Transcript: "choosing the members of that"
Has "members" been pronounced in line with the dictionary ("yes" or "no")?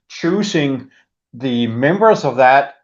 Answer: yes